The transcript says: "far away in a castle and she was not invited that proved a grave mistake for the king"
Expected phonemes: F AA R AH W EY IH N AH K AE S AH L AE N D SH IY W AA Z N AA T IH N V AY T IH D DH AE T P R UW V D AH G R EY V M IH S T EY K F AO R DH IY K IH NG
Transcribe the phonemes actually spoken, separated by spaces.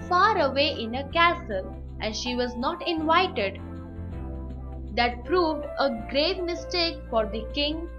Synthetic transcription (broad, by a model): F AA R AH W EY IH N AH K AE S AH L AE N D SH IY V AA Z N AA T IH N V AY T IH D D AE T P R UW V D AH G R EY V M IH S T EY K F AO R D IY K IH NG